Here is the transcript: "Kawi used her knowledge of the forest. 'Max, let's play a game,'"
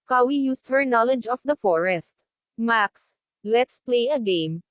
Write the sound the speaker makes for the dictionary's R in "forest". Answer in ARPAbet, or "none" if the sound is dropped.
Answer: R